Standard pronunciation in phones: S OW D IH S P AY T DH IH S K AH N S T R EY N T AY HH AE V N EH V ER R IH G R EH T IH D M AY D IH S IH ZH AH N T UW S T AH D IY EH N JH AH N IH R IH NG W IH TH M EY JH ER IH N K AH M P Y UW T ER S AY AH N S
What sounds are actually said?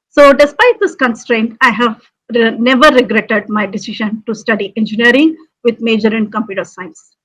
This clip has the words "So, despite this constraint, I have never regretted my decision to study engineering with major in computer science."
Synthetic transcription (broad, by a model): S OW D IH S P AY T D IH S K AH N S T R EY N T AY HH AE V N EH V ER R IH G R EH T IH D M AY D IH S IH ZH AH N T UW S T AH D IY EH N JH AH N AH R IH NG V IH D M EY JH ER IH N K AH M P Y UW T ER S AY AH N S